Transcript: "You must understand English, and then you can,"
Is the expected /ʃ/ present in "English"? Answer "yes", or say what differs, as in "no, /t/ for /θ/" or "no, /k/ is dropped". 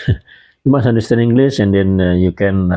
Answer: no, /s/ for /ʃ/